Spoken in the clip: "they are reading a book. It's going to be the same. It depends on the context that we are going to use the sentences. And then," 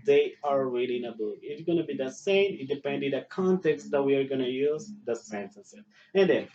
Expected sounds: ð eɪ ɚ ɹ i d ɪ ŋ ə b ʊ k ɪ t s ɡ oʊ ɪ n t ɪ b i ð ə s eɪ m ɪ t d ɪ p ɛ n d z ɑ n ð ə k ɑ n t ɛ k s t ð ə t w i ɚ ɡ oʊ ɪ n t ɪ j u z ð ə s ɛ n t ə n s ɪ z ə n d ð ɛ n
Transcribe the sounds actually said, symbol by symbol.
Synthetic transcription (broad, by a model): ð eɪ ɚ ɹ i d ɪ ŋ ə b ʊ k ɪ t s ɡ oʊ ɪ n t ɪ b i ð ə s eɪ m ɪ t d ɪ p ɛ n d ɪ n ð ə k ɑ n t ɛ k s t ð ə t w i ɚ ɡ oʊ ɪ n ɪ j u z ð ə s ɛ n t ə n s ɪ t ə n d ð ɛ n